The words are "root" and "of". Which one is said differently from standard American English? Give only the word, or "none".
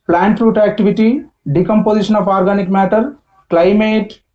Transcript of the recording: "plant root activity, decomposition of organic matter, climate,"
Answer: of